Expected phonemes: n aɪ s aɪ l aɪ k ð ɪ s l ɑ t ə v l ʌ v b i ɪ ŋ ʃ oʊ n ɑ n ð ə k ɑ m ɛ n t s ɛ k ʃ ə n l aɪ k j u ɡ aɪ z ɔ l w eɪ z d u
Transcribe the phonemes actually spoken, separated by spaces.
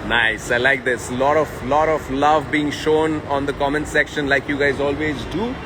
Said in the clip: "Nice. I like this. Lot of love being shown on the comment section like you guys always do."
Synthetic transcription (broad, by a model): n aɪ s aɪ l aɪ k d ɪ s l ɑ t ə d l ʌ v b i ɪ ŋ ʃ oʊ n ɑ n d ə k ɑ m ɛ n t s ɛ k ʃ ə n l aɪ k j u ɡ aɪ z ɔ l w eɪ z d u